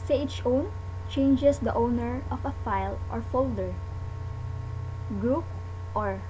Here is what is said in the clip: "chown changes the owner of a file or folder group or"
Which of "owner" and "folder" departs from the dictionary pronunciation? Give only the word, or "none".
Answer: none